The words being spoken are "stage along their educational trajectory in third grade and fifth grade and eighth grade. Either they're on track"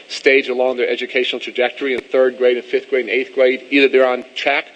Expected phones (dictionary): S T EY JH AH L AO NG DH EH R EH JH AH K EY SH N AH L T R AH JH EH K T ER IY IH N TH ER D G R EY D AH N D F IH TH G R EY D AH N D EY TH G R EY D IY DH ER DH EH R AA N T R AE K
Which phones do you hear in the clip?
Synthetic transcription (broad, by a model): S T EY JH AH L AO NG DH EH R EH JH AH K EY SH N L T R AH JH EH K T ER IY IH N TH ER D G R EY D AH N F IH TH G R EY D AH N EY TH G R EY D IY DH ER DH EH R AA N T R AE K